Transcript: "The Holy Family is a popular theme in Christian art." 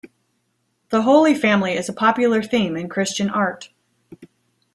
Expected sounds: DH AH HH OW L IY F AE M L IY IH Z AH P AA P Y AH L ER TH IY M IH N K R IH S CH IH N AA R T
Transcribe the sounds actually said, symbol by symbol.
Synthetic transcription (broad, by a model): DH AH HH OW L IY F AE M L IY IH Z AH P AA P Y L ER TH IY M IH N K R IH S CH IH N AA R T